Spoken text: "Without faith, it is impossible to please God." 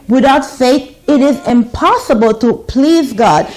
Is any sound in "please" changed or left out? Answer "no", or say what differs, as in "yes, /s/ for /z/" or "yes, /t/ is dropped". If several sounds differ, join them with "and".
no